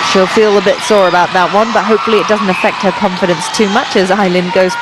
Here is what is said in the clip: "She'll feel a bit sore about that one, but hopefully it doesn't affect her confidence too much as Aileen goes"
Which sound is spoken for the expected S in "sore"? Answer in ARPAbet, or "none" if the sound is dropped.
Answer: S